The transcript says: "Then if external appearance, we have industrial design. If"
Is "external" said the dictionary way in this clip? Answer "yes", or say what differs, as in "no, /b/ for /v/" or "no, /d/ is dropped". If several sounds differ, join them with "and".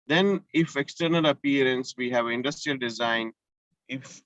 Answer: yes